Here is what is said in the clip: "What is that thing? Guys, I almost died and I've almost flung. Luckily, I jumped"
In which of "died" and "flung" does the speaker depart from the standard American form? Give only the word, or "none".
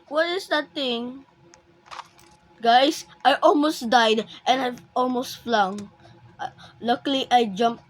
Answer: none